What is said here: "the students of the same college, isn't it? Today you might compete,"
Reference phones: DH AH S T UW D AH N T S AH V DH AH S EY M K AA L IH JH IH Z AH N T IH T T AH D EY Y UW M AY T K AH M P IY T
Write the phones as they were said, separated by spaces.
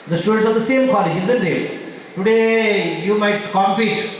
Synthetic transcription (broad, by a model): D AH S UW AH T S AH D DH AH S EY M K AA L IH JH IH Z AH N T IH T T AH D EY Y UW M AY T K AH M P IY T